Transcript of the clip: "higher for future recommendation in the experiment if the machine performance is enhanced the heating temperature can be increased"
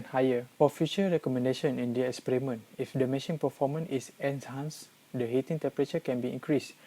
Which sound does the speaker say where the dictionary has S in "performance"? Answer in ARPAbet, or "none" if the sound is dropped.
none